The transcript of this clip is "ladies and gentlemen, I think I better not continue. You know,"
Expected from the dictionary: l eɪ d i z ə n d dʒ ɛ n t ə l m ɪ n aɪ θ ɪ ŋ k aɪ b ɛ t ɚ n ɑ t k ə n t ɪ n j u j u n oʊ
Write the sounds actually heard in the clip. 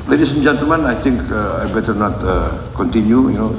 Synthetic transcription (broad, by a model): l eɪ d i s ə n dʒ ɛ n t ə m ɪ n aɪ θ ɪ ŋ k aɪ b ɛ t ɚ n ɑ t k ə n t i n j u j u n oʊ